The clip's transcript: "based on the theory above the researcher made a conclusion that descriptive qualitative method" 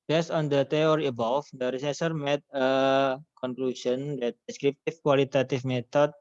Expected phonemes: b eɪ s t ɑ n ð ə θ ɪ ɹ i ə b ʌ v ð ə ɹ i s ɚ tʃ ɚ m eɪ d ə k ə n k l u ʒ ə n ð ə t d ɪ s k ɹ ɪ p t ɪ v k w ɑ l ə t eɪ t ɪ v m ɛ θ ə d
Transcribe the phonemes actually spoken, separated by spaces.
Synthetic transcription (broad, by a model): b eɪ s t ɑ n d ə t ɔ ɹ i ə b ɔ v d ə ɹ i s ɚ s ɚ m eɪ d ə k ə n k l u ʃ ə n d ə t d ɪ s k ɹ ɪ p t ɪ f k w ɑ l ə t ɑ t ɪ f m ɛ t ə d